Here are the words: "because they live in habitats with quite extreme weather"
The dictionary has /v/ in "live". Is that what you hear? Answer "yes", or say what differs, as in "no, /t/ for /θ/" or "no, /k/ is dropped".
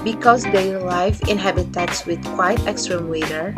no, /f/ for /v/